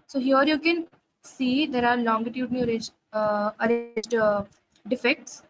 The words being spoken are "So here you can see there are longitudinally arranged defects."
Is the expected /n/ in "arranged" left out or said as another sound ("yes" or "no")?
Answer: yes